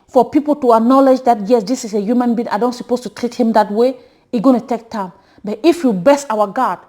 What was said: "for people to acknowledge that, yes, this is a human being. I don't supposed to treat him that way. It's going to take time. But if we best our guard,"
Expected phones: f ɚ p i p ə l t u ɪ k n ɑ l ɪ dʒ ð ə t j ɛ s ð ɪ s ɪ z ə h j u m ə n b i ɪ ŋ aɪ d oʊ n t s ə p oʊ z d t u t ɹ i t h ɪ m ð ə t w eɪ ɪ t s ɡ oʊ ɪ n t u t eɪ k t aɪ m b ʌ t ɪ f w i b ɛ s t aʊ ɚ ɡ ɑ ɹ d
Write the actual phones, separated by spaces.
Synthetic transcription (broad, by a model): f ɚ p i p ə l t u ɪ k n ɑ l ɪ dʒ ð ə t j ɛ s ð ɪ s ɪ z ə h j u m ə n b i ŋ aɪ d oʊ n t s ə p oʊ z t u t ɹ i t h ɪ m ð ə t w eɪ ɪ ɡ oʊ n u t eɪ k t aɪ m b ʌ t ɪ f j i b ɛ s aʊ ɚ ɡ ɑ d